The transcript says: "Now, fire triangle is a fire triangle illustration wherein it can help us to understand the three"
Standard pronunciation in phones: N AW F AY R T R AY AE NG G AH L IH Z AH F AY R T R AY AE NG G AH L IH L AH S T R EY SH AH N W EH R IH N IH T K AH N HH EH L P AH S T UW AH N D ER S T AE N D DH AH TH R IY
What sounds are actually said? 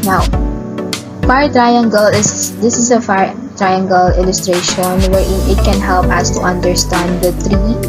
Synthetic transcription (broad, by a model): N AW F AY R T R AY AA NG G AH L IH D AH F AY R T R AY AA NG G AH L IH L AH S T R EY SH AH N W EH R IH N IH T K AH N HH EH L P AH S T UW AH N D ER S T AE N D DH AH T R IY